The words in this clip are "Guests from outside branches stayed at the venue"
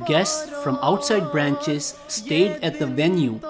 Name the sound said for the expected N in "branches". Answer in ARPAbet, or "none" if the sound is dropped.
N